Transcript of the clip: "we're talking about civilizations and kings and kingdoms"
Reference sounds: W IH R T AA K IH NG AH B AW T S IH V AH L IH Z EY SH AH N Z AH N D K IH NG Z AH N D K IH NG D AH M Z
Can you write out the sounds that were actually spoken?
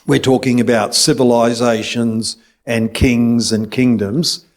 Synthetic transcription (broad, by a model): W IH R T AA K IH NG AH B AW T S IH V AH L IH Z EY SH AH N Z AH N K IH NG Z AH N K IH NG D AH M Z